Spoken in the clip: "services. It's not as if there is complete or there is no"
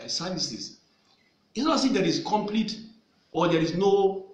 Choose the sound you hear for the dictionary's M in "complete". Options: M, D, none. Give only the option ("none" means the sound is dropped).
M